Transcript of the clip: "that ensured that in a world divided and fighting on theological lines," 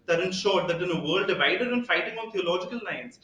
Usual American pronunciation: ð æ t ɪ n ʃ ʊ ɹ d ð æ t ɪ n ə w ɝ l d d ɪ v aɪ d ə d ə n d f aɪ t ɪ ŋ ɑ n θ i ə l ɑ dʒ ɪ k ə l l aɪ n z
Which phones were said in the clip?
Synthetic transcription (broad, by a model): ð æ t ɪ n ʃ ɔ ɹ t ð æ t ɪ n ə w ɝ d d ɪ v aɪ d ə d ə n f aɪ t ɪ ŋ ɑ n t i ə l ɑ dʒ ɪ k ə l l aɪ n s